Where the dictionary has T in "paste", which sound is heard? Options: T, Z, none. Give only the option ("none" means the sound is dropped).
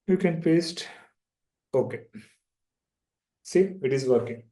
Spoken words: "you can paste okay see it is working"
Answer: T